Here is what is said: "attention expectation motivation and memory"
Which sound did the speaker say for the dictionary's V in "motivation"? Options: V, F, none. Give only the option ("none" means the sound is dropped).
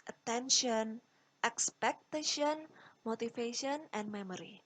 F